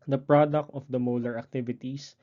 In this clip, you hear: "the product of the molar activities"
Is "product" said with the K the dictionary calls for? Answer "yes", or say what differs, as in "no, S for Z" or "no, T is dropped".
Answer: yes